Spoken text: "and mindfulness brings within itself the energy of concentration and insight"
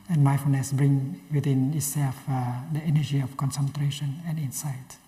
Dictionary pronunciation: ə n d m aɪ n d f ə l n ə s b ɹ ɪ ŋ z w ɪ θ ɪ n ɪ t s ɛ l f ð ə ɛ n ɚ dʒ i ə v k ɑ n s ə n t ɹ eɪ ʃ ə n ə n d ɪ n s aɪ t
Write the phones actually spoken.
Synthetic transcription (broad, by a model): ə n m aɪ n f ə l n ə s b ɹ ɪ ŋ w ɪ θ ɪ n ɪ t s ɛ l f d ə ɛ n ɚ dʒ i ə f k ɑ n s ə n t ɹ eɪ ʃ ə n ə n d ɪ n s aɪ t